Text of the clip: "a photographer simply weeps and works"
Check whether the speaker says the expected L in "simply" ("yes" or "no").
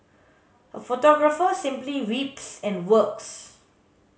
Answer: yes